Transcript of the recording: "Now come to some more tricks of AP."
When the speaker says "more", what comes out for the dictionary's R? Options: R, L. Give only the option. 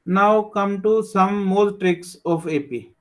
L